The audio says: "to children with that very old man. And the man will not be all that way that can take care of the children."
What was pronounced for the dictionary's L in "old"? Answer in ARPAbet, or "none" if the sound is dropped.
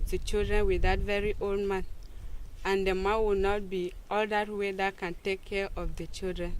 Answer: L